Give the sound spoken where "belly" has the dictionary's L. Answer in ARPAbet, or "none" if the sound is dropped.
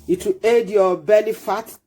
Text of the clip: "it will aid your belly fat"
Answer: N